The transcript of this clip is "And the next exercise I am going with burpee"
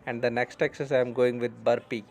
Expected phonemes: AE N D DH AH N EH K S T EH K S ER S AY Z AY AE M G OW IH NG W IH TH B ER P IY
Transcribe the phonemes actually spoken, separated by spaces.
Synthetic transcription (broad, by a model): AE N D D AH N EH K S T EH K S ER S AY AY M G OW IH NG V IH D B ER P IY